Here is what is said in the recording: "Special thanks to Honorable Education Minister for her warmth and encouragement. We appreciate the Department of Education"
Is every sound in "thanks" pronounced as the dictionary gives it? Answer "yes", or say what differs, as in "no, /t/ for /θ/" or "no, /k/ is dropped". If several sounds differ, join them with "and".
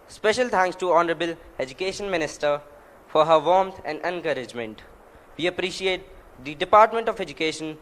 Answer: no, /t/ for /θ/